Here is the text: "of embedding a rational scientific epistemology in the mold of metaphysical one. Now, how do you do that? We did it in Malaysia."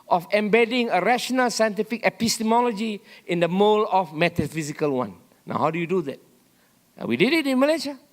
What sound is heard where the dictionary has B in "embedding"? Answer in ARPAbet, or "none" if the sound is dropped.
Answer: B